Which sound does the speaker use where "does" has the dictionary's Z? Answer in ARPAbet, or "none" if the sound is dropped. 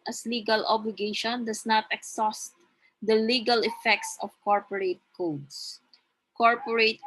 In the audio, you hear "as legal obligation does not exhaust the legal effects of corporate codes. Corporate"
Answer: S